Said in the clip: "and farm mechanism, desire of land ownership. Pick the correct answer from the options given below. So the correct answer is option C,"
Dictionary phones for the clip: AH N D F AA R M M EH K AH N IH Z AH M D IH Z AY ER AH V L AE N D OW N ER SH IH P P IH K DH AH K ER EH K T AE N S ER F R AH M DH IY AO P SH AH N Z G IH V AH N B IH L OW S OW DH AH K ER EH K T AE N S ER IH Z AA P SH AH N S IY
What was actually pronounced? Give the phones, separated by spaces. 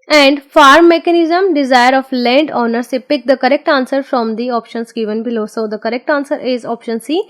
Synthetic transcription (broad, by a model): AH N D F AA R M M EH K AH N IH Z AH M D IH Z AY ER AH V L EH N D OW N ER S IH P P IH K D AH K ER EH K T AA N S ER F R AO M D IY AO P SH AH N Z G IH V AH N B IH L OW S OW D AH K ER EH K T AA N S ER IH Z AA P SH AH N S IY